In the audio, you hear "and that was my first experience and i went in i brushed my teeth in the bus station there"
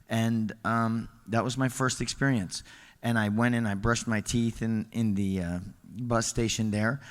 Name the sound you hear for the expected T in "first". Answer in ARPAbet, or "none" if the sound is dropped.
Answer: T